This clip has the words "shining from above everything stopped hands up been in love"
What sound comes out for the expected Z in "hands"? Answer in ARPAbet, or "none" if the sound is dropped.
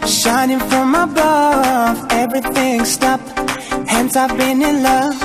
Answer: S